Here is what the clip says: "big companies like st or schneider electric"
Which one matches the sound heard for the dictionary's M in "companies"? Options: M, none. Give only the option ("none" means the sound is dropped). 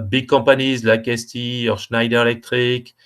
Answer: none